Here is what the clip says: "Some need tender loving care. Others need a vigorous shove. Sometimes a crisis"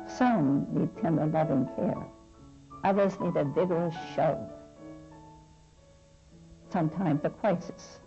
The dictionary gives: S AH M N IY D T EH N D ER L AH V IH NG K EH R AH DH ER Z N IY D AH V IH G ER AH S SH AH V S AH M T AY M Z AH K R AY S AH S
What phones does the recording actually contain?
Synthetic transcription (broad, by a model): S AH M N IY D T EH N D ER L AH V IH NG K EH R AH DH ER Z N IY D AH V IH G ER AH S SH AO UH S AH M T AY M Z AH K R AY S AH S